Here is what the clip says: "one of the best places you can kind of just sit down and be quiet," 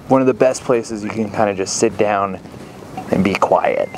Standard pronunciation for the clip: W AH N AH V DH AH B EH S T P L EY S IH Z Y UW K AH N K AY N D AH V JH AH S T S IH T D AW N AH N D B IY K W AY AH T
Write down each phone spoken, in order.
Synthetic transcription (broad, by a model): W AH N AH V DH AH B EH S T P L EY S IH Z Y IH K AH N K AY N D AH JH AH S T S IH T D AW N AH N B IY K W AY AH T